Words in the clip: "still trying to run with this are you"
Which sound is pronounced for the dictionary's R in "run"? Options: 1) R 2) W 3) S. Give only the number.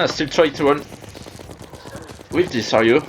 2